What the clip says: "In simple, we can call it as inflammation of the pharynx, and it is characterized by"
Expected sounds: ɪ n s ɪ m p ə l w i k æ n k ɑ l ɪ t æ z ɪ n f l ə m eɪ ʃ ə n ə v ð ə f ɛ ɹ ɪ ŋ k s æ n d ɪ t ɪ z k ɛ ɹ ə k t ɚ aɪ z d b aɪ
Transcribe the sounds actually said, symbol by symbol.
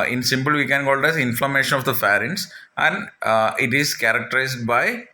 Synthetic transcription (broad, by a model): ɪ n s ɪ m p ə l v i k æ n k ɑ l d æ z ɪ n f l ə m eɪ ʃ ə n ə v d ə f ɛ ɹ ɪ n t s æ n d ɪ t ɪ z k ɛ ɹ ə k t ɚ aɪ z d b aɪ